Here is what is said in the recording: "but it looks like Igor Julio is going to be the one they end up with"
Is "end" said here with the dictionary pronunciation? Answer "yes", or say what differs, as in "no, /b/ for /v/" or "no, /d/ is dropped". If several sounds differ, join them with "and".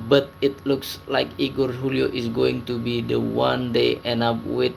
no, /d/ is dropped